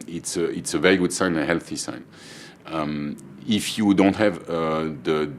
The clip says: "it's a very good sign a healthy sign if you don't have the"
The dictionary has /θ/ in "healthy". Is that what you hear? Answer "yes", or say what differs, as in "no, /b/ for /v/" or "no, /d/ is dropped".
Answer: yes